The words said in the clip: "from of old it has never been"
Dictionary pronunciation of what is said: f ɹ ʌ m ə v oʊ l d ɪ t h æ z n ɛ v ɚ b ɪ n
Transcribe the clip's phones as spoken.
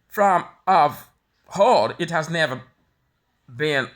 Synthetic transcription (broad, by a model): f ɹ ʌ m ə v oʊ d ɪ t h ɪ z n ɛ v ɚ b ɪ n